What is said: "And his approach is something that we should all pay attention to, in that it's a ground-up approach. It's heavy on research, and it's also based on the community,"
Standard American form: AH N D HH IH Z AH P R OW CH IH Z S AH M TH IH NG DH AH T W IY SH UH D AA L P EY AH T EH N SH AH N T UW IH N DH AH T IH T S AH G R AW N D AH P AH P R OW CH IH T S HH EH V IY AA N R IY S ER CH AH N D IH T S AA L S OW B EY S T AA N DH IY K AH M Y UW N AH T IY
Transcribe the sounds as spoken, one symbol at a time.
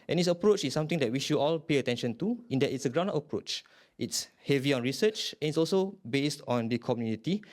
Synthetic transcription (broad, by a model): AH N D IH S AH P R OW CH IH S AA M T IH NG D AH T W IY SH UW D AA L P EY AH T EH N SH AH N T UW IH N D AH T IH T S AH G R AW N D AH F AH P R OW CH IH T S HH EH V IY AA N R IY S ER CH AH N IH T S AA L S OW B EY S T AA N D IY K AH M Y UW N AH T IY